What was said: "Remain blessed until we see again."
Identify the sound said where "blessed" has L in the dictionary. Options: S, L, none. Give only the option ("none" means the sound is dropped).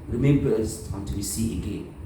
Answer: none